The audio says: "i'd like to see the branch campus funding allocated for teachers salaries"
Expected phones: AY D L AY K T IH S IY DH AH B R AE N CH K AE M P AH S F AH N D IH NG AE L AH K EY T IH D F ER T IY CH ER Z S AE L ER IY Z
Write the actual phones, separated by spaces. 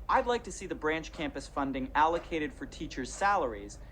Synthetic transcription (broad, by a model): AY D L AY K T IH S IY DH AH B R AE N CH K AE M P AH S F AH N D IH NG AE L AH K EY T IH D F ER T IY CH ER Z S AE L ER IY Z